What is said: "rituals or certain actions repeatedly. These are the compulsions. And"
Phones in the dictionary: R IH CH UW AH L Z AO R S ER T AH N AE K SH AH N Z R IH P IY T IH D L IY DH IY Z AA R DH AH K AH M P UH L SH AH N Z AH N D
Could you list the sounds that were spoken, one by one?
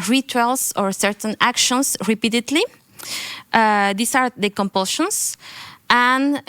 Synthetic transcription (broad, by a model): R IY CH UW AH L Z AO R S ER T AH N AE K SH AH N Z R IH P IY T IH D L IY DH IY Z AA R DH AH K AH M P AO L SH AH N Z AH N